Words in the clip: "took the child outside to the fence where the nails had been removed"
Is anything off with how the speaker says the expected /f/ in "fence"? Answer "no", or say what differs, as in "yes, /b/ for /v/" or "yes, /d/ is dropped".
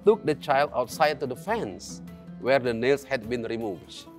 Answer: no